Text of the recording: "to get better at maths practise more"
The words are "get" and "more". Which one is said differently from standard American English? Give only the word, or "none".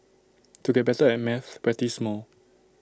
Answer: more